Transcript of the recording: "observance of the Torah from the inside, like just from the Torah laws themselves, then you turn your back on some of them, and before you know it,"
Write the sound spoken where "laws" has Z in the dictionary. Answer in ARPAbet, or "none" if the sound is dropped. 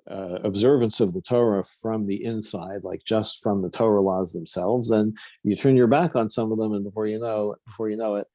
Z